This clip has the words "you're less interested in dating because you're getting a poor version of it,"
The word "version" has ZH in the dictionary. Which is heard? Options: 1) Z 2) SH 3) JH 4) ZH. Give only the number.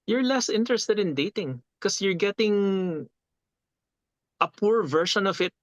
2